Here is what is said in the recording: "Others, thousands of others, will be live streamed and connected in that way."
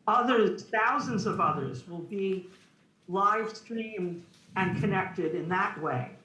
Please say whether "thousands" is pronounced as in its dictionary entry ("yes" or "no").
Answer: yes